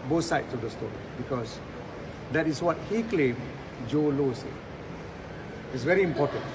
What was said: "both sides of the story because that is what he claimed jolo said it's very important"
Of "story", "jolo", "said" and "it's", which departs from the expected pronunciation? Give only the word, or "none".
said